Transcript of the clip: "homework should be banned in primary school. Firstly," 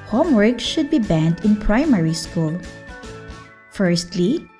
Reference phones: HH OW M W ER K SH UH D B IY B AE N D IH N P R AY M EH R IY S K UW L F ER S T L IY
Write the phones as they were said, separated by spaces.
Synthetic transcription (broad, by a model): HH OW M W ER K SH UH D B IY B AE N D IH N P R AY M EH R IY S K UW L F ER S T L IY